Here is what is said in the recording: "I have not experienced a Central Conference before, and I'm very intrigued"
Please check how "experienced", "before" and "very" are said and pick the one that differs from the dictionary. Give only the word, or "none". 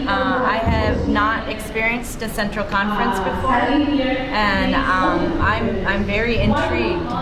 none